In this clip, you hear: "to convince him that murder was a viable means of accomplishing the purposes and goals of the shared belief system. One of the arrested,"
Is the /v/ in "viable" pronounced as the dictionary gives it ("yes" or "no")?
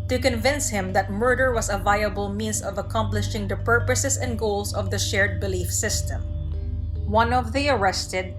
yes